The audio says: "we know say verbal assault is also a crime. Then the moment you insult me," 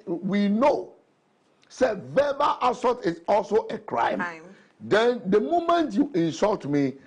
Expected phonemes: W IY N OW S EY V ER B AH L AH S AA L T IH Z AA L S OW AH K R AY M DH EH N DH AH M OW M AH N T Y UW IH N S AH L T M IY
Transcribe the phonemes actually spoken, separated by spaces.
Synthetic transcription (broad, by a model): W IY N OW S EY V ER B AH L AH S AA T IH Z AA L S OW AH K R AY M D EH N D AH M OW M AH N T Y UW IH N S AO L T M IY